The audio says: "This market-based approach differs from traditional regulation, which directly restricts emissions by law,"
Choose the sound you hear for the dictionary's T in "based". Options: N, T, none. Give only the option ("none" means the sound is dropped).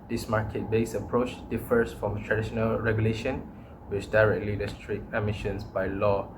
none